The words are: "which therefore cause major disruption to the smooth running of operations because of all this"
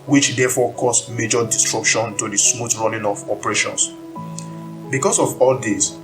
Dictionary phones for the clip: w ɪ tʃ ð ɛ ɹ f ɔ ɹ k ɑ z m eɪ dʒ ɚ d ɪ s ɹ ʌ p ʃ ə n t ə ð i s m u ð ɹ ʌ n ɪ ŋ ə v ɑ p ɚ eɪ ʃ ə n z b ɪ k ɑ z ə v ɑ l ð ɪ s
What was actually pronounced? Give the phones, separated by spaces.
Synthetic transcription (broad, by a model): w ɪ tʃ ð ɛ f ɔ k ɑ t m eɪ dʒ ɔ d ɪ s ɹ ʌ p ʃ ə n t ə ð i s m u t ɹ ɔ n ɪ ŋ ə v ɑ p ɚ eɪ ʃ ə n s b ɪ k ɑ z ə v ɑ l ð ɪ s